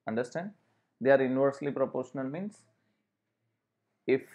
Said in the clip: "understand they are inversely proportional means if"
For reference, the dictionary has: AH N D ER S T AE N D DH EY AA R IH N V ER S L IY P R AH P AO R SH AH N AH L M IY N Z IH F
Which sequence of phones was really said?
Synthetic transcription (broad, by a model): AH N D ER S T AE N D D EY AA R IH N V ER S L IY P R AH P AO R SH AH N AH L M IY N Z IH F